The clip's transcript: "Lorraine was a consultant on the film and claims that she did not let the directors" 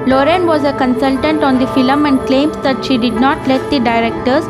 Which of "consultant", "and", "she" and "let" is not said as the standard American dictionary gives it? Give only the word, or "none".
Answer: none